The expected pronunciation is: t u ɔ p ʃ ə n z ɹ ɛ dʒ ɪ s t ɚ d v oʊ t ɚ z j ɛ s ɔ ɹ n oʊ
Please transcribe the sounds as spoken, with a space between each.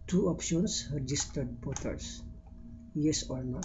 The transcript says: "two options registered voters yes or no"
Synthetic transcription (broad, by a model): t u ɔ p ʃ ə n s ɹ ɛ dʒ ɪ s t ɚ d b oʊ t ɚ s j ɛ s ɔ ɹ n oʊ